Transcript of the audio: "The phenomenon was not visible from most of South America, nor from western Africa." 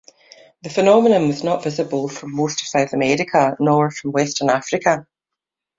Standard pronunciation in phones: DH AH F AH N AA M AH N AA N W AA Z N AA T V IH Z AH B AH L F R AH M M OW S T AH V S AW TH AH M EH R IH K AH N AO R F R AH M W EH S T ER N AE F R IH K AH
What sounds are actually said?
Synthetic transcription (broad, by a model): DH AH F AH N AA M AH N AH N W AA Z N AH T V IH Z AH B AH L F R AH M M OW S T AH V S AW TH AH M EH R IH K AH N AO R F R AH M W EH S T ER N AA F R IH K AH